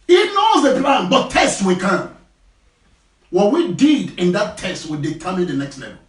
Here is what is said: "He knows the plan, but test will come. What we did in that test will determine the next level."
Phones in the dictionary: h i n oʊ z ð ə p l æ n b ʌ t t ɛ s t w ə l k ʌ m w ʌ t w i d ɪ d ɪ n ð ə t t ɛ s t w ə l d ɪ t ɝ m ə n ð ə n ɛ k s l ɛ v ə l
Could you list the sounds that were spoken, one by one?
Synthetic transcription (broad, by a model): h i n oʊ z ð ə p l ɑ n b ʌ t t ɛ s t w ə k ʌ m w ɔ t w i d ɪ d ɪ n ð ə t t ɛ s t w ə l d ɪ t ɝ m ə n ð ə n ɛ k s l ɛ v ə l